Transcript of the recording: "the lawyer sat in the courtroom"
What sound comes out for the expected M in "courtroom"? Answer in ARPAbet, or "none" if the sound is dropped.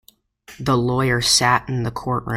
none